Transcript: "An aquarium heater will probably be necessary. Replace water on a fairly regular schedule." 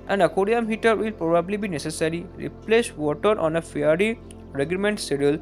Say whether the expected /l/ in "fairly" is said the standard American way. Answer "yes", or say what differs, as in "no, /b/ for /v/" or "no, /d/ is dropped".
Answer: no, /l/ is dropped